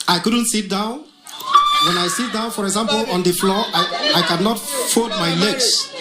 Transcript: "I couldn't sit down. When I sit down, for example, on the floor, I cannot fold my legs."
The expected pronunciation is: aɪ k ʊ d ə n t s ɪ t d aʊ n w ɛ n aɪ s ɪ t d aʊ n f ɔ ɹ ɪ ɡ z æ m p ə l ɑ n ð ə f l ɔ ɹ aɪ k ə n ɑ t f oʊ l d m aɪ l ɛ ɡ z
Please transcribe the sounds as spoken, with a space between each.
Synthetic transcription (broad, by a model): aɪ k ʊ d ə n t s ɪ t d aʊ n w ɛ n aɪ s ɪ t d aʊ n f ɔ ɹ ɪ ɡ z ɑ m p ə l ɑ n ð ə f l ɔ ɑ aɪ k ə n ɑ t f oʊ d m aɪ l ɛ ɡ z